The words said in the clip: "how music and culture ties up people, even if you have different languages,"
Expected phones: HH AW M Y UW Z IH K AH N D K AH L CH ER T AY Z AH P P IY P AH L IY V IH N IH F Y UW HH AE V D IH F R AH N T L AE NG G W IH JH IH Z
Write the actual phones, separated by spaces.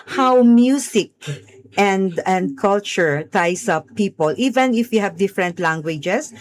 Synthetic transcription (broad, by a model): HH AW M Y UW S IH K AH N D K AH L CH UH T AY S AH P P IY P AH L IY V IH N IH F Y UW HH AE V D IH F R AH N T L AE NG G W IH JH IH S